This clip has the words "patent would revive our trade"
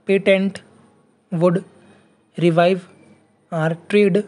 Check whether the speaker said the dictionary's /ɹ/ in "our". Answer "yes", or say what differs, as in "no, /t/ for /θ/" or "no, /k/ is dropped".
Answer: yes